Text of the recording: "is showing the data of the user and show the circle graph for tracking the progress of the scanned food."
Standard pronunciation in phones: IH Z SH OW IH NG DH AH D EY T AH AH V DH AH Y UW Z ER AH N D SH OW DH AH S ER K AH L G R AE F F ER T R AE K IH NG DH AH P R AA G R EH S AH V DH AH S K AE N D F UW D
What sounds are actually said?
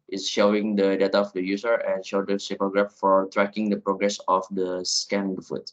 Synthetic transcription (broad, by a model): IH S SH OW IH NG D AH D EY T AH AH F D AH Y UW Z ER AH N SH OW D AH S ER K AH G R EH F F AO T R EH K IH NG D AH P R AA G R EH S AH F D AH S K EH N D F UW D